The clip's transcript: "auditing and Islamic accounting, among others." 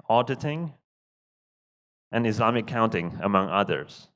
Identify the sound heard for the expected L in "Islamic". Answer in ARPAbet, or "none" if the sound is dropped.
none